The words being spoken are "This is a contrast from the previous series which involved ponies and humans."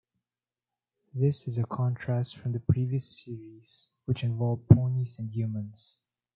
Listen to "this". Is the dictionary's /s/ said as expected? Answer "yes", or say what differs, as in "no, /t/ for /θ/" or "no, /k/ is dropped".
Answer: yes